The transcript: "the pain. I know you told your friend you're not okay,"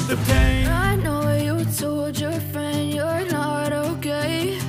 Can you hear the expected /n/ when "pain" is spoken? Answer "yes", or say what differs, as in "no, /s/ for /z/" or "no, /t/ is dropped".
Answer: no, /n/ is dropped